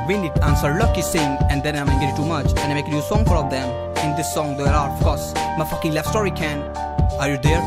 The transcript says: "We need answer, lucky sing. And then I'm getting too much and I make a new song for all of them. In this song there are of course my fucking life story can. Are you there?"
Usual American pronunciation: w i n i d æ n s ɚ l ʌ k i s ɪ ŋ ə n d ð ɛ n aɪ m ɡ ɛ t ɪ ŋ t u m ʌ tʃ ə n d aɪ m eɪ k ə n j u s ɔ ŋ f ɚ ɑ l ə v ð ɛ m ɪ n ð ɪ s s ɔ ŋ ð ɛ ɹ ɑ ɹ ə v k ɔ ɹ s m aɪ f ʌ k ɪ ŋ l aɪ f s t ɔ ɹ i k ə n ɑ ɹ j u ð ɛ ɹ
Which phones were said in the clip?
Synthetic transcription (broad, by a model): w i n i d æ n s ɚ l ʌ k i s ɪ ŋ ə n d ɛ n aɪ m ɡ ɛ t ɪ t u m ʌ tʃ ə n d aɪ m eɪ k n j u s ɔ ŋ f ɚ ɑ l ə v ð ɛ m ɪ n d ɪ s s ɔ ŋ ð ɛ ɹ ɑ ɹ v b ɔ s m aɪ f ʌ k ɪ ŋ l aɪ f s t ɔ ɹ i k ə n ɑ ɹ j u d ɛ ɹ